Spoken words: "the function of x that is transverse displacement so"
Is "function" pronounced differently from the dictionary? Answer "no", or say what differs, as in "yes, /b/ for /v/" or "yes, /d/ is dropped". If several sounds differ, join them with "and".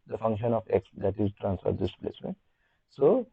no